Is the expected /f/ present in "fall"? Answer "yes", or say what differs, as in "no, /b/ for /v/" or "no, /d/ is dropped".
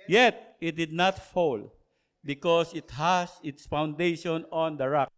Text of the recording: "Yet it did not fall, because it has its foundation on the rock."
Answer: yes